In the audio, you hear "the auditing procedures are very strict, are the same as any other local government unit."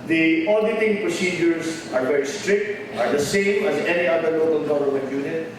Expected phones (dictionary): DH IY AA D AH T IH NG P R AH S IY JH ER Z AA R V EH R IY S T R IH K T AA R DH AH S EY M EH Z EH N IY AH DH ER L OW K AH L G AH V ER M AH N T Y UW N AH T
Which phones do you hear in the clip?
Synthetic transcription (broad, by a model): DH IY AA D AH T IH NG P R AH S IY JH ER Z AA R V EH R IY S T R IH K T AA R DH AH S EY M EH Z EH N IY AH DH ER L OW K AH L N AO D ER AH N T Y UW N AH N